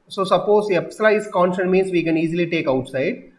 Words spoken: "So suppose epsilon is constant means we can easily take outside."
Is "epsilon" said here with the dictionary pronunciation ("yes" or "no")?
no